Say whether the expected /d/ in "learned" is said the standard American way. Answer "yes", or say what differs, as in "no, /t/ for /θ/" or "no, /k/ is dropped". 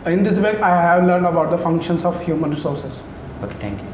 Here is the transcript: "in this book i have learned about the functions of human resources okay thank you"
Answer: yes